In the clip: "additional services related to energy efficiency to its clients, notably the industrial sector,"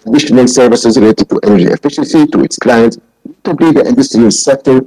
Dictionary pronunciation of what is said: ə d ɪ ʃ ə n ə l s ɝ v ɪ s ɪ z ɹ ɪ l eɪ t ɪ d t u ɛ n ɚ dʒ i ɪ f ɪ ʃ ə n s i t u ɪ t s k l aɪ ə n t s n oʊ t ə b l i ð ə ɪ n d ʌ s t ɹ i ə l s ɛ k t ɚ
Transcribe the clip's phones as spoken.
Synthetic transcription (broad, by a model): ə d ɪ ʃ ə n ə l s ɝ v ɪ s ɪ z ɹ ɪ l eɪ t ɪ d t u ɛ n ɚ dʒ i ɪ f ɪ ʃ ə n s i t u ɪ t s k l aɪ ə n t s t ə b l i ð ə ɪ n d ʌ s t ɹ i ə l s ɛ k t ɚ